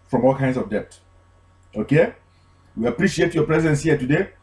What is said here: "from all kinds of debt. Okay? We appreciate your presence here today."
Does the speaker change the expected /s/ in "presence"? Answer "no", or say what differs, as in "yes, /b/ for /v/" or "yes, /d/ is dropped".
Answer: no